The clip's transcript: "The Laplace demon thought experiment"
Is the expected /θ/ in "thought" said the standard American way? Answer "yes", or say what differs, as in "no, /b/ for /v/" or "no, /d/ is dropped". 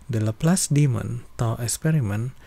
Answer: no, /t/ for /θ/